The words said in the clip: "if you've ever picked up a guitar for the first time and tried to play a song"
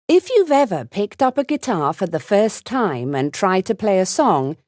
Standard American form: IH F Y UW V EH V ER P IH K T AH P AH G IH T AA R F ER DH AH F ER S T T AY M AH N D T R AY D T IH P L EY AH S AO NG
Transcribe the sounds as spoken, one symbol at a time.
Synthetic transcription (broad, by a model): IH F Y UW V EH V ER P IH K T AH P AH G IH T AA R F ER DH AH F ER S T T AY M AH N T R AY D T IH P L EY AH S AO NG